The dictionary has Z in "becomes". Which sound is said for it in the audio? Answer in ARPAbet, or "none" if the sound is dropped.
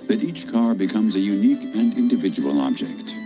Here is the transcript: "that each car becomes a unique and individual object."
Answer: Z